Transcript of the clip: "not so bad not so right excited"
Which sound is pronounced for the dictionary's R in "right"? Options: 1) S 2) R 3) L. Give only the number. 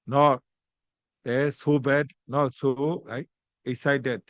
3